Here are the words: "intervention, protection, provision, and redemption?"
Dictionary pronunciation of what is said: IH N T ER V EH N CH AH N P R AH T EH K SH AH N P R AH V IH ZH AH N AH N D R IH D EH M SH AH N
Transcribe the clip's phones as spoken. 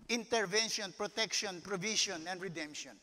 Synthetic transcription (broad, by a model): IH N T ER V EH N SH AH N P R AH T EH K SH AH N P R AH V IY SH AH N AH N D R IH D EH M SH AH N